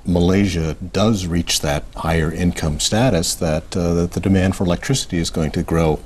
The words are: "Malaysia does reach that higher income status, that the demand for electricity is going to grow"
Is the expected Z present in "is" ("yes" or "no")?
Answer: yes